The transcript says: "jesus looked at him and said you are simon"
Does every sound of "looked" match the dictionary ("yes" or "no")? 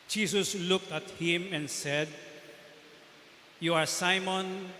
yes